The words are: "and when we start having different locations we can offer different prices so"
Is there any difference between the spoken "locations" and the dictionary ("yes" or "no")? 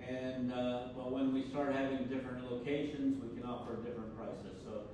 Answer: no